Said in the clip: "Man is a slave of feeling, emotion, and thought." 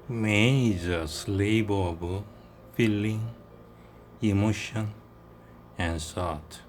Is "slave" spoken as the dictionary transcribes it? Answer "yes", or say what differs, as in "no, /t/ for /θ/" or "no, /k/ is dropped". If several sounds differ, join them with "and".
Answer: no, /b/ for /v/